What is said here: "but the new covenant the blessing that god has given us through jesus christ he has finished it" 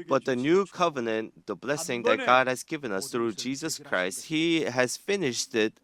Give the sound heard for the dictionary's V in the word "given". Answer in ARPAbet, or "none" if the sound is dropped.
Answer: V